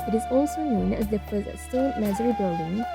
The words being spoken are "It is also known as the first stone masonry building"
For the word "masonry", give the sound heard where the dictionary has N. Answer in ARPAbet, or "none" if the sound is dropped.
none